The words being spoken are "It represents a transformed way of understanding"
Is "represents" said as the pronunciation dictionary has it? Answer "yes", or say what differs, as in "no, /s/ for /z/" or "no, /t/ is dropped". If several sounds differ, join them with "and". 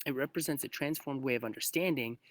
yes